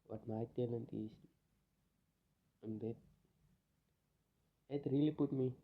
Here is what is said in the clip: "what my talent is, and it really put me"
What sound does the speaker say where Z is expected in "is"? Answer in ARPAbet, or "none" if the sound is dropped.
S